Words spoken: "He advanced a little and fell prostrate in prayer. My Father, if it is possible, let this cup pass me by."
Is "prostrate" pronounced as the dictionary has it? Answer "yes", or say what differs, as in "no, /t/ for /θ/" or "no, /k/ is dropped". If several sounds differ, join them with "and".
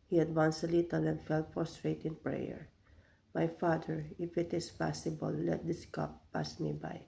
no, /f/ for /p/